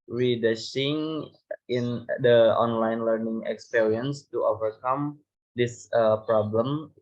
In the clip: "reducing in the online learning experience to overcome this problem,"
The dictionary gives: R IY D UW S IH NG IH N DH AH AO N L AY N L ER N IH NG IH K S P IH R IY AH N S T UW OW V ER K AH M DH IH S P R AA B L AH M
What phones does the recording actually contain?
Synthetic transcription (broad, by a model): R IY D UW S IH NG IH N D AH AO N L AY N L ER N IH NG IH K S P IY R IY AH N S T UW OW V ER K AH M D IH S P R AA B L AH M